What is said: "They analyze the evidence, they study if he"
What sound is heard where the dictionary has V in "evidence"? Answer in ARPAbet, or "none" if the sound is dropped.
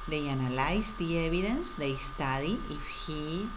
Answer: B